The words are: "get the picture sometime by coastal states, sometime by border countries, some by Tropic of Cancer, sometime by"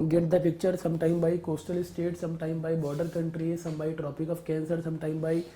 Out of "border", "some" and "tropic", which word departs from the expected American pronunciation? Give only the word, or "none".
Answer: none